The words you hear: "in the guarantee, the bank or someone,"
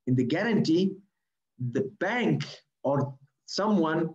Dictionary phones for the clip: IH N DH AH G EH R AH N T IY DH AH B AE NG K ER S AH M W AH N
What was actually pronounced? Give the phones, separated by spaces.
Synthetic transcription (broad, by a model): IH N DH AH G EH R AH N T IY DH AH B AE NG K ER S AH M W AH N